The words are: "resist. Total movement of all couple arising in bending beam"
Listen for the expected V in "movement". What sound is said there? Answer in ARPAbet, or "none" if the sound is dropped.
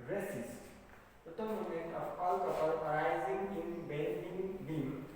none